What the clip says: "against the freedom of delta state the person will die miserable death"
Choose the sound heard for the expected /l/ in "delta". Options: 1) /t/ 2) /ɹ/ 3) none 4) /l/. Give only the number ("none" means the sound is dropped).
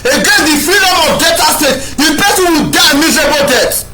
3